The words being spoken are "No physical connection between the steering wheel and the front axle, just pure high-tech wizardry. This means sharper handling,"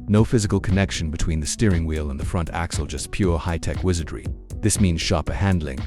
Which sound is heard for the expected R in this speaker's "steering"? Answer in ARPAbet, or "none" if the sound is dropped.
R